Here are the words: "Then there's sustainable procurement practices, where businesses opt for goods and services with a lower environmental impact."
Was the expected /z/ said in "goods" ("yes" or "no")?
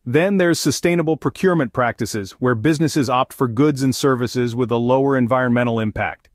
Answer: yes